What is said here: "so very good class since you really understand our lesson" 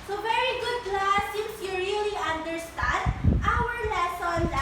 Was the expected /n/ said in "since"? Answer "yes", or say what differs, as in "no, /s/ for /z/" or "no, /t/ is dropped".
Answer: no, /n/ is dropped